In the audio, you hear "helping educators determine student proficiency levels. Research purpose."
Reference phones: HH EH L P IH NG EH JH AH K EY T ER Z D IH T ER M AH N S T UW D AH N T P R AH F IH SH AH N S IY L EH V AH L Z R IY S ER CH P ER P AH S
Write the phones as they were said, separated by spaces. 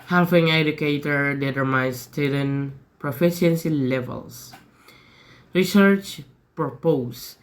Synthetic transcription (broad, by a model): HH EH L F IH NG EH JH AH K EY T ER D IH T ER M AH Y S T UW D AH N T P R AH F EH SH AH N S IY L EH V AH L S R IY S ER CH P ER P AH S